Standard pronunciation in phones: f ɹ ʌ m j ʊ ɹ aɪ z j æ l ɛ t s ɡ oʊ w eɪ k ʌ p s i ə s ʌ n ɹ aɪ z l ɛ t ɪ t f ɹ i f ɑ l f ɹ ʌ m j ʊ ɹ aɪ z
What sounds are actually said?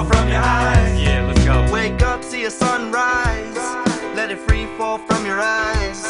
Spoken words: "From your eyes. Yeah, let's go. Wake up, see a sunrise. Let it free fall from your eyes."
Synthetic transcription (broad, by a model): f ɹ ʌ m j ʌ ɹ aɪ z j æ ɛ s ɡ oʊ w eɪ k ʌ p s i ə s ʌ n ɹ aɪ z l ɛ t ɪ t f ɹ i f ɑ l f ɹ ʌ m j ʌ ɹ aɪ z